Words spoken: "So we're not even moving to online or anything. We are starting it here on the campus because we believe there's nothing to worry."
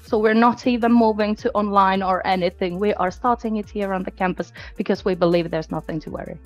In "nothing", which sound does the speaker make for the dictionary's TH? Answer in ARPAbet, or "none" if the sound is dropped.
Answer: TH